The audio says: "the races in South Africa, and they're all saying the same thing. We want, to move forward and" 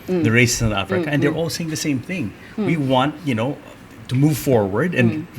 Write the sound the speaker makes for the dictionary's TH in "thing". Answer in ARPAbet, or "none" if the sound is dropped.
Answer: TH